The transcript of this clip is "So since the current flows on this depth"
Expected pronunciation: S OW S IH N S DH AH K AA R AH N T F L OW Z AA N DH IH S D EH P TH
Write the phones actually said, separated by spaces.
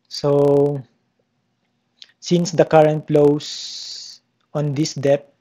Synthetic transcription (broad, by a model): S OW S IH N S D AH K AA R AH N T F L OW S AA N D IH S D EH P